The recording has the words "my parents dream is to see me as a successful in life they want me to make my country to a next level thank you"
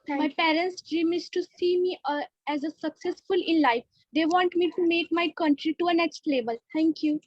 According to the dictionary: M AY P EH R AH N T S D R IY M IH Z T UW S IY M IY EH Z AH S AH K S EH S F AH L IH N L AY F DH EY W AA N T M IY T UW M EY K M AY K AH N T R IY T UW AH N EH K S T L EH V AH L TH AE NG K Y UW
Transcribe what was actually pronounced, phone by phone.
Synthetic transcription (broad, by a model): M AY P EH R AH N T S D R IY M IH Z T UW S IY M IY EH Z AH S AH K S EH S F AH L IH N L AY F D EY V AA N T M IY T UW M EY K M AY K AH N T R IY T UW AH N EH K S T L EH B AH L T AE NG K Y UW